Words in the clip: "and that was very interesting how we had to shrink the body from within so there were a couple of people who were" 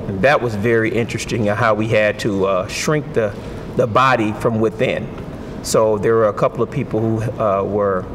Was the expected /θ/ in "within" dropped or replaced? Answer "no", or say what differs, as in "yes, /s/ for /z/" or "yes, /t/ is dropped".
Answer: no